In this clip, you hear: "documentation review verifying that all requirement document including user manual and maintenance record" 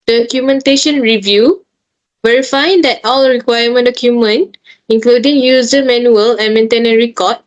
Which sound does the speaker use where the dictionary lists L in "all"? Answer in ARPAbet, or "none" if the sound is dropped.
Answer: L